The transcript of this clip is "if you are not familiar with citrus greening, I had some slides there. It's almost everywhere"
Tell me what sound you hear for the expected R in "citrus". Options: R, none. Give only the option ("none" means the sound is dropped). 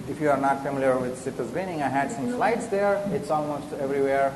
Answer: none